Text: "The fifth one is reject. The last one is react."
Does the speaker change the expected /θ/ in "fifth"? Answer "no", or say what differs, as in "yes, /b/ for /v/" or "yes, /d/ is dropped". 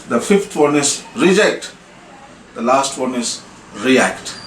yes, /t/ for /θ/